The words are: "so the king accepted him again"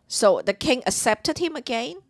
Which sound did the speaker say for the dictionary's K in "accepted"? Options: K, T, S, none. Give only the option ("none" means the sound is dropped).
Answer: none